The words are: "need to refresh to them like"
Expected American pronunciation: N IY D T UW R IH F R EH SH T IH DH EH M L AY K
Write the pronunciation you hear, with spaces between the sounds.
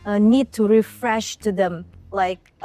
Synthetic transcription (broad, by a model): N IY D T UW R IH F R EH SH T IH DH EH M L AY K